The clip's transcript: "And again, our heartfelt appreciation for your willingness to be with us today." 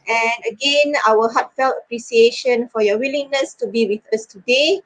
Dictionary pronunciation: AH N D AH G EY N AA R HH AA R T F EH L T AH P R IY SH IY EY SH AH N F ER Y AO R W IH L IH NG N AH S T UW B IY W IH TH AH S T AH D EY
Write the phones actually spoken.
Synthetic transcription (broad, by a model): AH N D AH G EY N AA L HH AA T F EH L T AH P R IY S IY EY SH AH N F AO Y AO W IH L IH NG N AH S T UW B IY W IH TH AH S T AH D EY